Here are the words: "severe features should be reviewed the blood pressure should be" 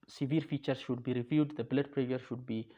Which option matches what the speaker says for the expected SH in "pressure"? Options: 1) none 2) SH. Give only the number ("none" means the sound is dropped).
1